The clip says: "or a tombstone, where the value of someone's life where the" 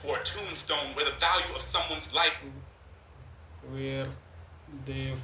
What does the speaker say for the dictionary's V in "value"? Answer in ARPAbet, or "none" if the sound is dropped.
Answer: V